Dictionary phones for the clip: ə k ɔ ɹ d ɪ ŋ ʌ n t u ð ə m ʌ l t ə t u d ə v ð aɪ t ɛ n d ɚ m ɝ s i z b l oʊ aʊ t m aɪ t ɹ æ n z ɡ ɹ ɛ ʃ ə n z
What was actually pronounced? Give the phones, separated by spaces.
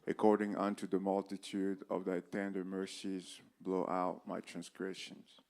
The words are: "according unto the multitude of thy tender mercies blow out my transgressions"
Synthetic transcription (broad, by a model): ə k ɔ ɹ d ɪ ŋ ʌ n t u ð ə m ʌ l t ə t u d ə v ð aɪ t ɛ n d ɚ m ɝ s i z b l oʊ aʊ t m aɪ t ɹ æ n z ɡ ɹ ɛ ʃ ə n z